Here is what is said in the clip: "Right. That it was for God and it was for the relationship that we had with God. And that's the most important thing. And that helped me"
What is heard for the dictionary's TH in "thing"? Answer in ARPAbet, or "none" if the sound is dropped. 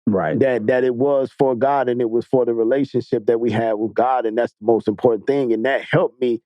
TH